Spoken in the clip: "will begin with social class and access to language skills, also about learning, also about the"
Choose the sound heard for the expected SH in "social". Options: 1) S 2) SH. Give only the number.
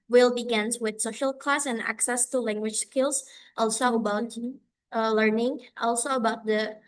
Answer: 2